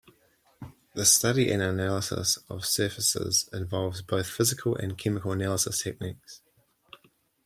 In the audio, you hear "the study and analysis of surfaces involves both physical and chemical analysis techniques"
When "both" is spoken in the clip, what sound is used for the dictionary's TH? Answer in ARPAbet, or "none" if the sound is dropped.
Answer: TH